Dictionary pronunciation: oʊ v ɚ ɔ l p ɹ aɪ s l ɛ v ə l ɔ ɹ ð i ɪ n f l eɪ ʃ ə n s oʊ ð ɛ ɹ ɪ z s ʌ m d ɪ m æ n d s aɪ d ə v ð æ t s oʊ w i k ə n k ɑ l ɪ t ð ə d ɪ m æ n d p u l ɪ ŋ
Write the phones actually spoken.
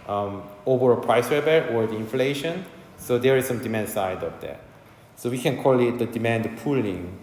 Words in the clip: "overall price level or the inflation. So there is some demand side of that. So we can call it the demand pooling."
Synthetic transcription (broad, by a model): oʊ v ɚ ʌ p ɹ aɪ s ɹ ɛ b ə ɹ ɔ ɹ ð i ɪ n f l eɪ ʃ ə n s oʊ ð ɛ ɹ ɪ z s ʌ m d ɪ m æ n d s aɪ d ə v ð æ t s oʊ w i k ə n k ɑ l ɪ t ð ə d ɪ m æ n d p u l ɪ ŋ